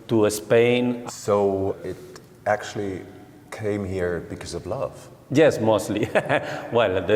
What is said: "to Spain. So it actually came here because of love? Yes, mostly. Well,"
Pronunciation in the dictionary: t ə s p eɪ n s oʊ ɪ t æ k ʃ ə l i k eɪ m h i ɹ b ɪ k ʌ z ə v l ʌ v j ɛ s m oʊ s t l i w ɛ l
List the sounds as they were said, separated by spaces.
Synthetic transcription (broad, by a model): t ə s p eɪ n s oʊ ɪ t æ k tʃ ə l i k eɪ m h i ɹ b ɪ k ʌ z ə v l ʌ v j ɛ s m oʊ s t l i w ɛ l